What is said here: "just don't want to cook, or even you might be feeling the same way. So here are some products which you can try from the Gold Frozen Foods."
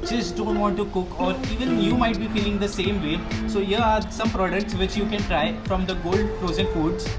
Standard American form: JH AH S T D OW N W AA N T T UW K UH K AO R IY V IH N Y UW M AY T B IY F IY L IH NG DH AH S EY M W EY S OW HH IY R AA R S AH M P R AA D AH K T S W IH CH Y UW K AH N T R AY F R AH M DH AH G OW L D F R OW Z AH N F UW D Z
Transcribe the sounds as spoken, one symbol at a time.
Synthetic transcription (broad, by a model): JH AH S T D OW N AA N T T UW K UH K AO R IY V IH N Y UW M AY T B IY F IY L IH NG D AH S EY M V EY S OW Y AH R AA R S AH M P R AA D AH K T S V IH CH Y UW K AH N T R AY F R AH M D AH G OW L D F R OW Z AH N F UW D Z